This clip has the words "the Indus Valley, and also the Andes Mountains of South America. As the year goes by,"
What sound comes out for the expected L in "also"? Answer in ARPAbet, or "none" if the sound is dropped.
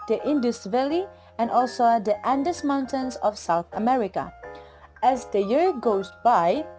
L